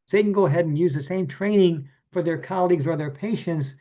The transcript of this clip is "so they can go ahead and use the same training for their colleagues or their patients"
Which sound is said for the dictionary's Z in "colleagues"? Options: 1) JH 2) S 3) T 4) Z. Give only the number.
4